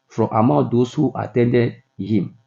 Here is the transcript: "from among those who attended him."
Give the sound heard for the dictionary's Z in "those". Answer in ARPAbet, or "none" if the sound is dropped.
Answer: S